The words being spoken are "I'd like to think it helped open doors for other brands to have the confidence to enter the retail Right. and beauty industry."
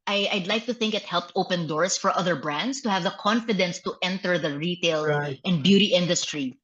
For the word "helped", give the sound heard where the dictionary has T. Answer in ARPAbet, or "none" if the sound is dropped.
T